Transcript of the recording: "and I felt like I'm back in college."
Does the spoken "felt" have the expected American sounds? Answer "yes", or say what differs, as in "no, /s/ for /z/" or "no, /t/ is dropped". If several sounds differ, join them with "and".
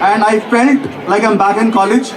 no, /n/ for /l/